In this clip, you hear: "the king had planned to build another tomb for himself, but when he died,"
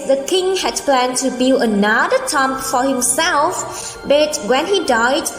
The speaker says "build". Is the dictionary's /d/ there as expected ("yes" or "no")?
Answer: no